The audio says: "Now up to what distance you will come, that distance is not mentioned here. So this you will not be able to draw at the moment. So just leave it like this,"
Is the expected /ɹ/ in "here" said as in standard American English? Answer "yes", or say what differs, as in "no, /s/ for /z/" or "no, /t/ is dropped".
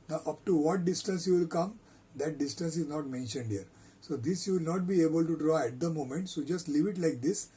yes